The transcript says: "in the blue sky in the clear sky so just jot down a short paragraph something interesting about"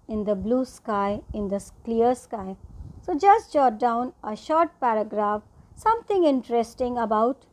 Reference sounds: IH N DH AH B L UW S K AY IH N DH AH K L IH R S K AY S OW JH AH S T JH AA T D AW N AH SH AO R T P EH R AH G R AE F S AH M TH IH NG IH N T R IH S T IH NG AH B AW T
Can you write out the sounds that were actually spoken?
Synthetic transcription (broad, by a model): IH N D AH B L UW S K AY IH N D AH K L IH R S K AY S OW JH AH S T JH AA T D AW N AH SH AO R T P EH R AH G R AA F S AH M T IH NG IH N T R IH S T IH NG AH B AW T